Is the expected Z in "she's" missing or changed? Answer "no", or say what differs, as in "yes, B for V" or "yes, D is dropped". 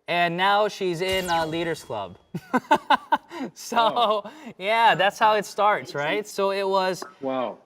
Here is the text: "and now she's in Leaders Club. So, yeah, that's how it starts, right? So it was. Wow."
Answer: no